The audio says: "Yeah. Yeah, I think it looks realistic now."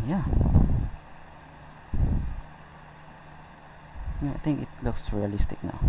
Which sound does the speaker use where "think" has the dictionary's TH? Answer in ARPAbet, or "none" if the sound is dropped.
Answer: T